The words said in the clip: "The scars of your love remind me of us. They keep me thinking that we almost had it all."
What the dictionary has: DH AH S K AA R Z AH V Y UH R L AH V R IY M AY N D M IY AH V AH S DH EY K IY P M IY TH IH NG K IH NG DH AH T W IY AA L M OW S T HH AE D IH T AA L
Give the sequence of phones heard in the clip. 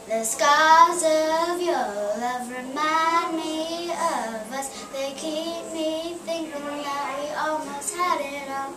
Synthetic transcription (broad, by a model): DH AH S K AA Z AH V Y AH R L AH V R IY M AY N D M IY AH V AH S DH EY K IY P M IY TH IH NG K IH NG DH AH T W IY AA L M OW S T HH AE D IH T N